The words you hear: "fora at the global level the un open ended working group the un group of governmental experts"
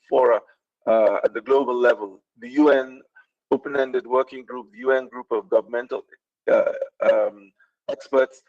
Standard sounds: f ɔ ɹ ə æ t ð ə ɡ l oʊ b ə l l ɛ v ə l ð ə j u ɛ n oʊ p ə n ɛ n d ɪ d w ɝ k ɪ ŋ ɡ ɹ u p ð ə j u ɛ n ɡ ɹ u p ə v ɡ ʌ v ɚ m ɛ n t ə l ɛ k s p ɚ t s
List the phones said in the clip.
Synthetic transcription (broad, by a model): f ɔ ɹ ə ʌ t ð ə ɡ l oʊ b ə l l ɛ v ə l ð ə j u ɛ n oʊ p ə n ɛ n d ɪ d w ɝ k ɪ ŋ ɡ ɹ u p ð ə j u ɛ n ɡ ɹ u p ə v ɡ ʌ v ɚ m ɛ n t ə l ɛ k s p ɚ t s